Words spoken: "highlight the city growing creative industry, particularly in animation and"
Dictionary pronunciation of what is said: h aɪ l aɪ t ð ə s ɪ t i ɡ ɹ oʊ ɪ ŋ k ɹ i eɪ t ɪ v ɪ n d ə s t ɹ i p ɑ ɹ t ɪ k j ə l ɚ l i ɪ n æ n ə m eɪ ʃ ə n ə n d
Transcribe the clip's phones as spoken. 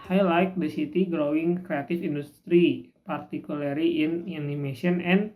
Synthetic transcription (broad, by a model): h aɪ l aɪ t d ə s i t i ɡ ɹ oʊ ɪ ŋ k ɹ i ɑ t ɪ f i n d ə s t ɹ i p ɑ ɹ t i k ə l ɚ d i ɪ n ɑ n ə m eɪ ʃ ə n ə n